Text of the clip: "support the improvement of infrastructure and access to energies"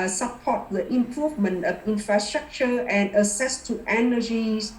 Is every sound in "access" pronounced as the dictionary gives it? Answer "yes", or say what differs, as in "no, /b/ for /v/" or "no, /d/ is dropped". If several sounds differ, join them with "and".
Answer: no, /k/ is dropped